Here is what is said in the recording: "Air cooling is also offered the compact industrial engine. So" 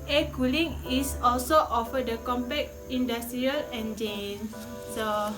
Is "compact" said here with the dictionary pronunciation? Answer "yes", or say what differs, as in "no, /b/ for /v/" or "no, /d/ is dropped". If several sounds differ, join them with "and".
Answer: no, /t/ is dropped